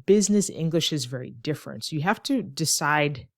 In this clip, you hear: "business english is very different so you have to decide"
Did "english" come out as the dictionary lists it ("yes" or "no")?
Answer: yes